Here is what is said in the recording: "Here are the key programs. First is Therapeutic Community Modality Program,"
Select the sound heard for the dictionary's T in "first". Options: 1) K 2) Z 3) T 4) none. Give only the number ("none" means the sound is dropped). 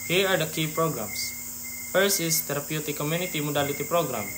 4